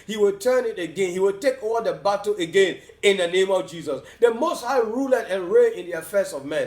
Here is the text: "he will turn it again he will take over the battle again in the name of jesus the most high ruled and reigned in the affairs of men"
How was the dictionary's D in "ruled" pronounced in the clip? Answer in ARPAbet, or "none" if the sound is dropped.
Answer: none